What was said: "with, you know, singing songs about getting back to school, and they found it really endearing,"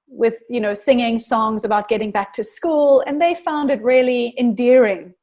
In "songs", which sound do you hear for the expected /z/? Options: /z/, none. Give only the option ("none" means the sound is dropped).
/z/